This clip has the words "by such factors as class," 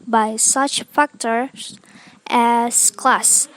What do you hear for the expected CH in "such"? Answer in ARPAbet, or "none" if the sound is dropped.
CH